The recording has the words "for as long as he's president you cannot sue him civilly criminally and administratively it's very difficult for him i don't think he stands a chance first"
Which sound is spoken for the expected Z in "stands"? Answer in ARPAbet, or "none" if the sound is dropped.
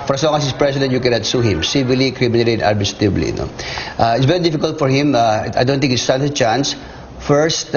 none